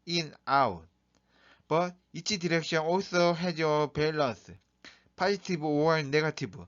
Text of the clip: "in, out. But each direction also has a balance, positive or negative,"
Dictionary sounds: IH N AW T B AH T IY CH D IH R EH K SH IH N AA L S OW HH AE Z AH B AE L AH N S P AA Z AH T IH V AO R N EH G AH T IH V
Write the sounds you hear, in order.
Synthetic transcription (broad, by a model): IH N AW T B AH T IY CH D IH R EH K SH IH N AA L S OW HH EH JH AH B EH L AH N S P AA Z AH T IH B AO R N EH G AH T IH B